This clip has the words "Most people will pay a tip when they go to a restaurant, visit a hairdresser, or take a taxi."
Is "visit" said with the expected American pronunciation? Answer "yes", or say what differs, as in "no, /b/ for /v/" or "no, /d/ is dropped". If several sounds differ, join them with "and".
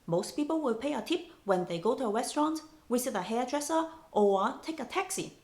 no, /w/ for /v/